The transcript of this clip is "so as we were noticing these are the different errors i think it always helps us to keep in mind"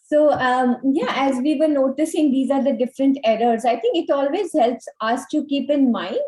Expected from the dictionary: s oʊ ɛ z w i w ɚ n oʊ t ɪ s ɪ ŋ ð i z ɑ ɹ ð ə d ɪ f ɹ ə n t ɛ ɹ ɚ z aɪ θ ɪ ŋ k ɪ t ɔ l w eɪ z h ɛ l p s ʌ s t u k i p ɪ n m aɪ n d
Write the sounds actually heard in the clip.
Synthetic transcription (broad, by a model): s oʊ ɛ z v i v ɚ n oʊ t ɪ s ɪ ŋ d i z ɑ ɹ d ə d ɪ f ɹ ə n t ɛ ɹ ɚ z aɪ t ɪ ŋ k ɪ t ɔ l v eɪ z h ɛ l p s ʌ s t u k i p ɪ n m aɪ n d